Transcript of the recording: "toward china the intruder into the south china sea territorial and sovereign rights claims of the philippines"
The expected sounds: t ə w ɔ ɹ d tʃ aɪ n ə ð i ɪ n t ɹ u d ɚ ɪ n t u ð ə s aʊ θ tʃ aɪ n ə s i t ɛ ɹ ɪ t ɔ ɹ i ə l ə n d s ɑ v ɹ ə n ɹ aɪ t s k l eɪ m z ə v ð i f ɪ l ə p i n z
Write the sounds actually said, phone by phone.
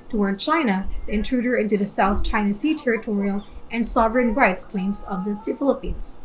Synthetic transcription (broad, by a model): t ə w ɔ ɹ d tʃ aɪ n ə ð i ɪ n t ɹ u d ɚ ɪ n t u ð ə s aʊ θ tʃ aɪ n ə s i t ɛ ɹ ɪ t ɔ ɹ i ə l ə n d s ɑ v ɹ ə n ɹ aɪ t s k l eɪ m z ə v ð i f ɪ l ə p i n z